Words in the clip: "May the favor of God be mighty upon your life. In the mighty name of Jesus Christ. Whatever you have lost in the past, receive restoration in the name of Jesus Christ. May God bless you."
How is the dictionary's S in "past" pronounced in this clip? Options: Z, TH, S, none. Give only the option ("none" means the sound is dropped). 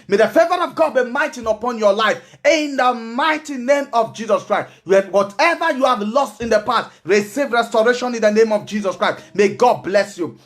none